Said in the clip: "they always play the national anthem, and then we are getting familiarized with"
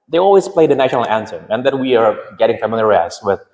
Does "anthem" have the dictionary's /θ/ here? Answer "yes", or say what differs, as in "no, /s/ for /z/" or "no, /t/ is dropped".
no, /s/ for /θ/